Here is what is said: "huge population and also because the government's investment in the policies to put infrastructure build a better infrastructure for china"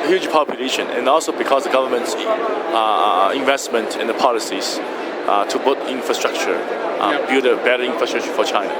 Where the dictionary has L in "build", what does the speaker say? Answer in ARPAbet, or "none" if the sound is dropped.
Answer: none